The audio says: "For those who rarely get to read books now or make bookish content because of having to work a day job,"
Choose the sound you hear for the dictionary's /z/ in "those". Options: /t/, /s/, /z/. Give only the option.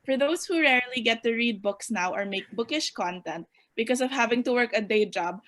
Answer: /s/